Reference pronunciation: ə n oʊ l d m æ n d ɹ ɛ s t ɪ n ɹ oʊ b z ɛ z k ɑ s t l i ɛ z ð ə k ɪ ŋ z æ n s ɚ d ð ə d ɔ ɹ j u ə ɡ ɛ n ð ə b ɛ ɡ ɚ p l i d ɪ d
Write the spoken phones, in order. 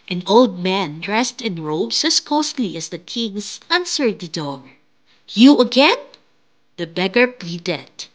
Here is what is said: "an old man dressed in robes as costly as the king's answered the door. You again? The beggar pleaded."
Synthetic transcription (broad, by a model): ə n oʊ l d m æ n d ɹ ɛ s t ɪ n ɹ oʊ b s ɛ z k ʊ s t l i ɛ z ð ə k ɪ ŋ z æ n s ɚ d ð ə d ɔ ɹ j u ə ɡ ɛ n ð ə b ɛ ɡ ɚ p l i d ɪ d